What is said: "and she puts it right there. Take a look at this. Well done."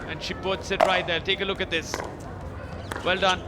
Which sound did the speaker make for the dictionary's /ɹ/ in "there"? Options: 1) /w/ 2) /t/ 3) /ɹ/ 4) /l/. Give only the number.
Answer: 4